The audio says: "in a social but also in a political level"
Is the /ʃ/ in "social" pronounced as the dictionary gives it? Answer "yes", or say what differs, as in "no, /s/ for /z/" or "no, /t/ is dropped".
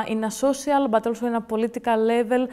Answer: no, /s/ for /ʃ/